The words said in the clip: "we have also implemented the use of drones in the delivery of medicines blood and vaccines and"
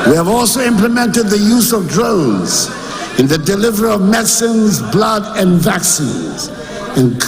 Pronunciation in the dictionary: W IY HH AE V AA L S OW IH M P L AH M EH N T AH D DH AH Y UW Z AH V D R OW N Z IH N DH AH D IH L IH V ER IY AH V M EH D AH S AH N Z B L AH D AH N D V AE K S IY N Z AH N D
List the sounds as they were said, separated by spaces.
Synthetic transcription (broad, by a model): W IY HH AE V AA L S OW IH M P L AH M EH N T AH D DH AH Y UW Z AH V D R OW N Z IH N DH AH D IH L IH V ER IY AH V M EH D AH S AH N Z B L AH D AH N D V AE K S IY N Z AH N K